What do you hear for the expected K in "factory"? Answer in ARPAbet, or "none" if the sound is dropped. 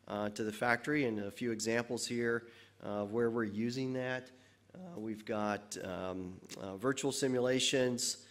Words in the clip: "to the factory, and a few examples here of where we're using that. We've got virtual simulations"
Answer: K